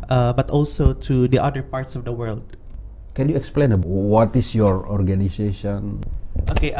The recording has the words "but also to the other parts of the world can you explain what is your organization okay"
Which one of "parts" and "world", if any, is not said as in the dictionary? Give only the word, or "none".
none